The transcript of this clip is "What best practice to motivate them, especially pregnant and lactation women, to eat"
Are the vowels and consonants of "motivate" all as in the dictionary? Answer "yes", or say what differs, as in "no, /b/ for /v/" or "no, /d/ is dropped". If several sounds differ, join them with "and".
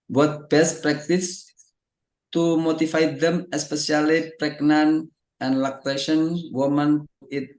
no, /f/ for /v/